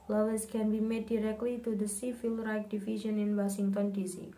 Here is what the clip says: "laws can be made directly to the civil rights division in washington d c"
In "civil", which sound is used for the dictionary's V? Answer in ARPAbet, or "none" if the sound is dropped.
F